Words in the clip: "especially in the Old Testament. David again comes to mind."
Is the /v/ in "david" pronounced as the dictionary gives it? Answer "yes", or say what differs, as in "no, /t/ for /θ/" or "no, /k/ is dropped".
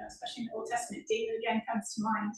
no, /v/ is dropped